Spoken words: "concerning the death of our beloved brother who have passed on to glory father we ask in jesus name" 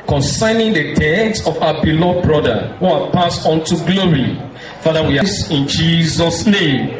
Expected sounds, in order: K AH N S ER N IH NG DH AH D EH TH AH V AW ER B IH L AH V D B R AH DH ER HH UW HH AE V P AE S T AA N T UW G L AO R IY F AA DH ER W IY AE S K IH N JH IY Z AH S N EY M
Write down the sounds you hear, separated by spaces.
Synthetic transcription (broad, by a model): K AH N S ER N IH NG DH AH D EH S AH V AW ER B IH L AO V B R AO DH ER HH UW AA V P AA S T AA N T UW G L AO R IY F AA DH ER W IY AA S IH N JH IY Z AH S N EY M